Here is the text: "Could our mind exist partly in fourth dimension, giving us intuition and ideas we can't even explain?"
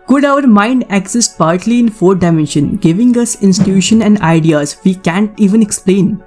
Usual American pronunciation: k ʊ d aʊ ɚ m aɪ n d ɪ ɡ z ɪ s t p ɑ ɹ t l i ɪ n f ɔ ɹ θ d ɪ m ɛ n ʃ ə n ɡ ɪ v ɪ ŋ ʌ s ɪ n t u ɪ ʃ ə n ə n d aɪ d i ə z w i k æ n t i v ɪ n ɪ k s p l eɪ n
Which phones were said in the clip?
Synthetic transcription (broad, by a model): k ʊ d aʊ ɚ m aɪ n d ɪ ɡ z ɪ s t p ɑ ɹ t l i ɪ n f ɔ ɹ d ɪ m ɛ n ʃ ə n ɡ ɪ v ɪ ŋ ʌ s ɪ n s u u ʃ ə n ə n d aɪ d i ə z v i k æ n t i v ɪ n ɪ k s p l eɪ n